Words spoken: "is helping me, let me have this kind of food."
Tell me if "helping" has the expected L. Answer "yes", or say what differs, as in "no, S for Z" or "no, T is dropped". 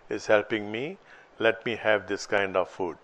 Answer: yes